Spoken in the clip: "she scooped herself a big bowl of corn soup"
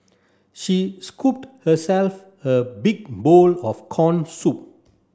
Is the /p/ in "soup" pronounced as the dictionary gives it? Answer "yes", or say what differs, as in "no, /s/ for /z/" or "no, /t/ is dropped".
yes